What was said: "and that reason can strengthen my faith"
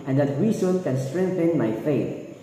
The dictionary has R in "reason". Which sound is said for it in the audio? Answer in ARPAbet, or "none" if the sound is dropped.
W